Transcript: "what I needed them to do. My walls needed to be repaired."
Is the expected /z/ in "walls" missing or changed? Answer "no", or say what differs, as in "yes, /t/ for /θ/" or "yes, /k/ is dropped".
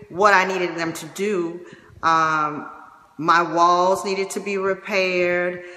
no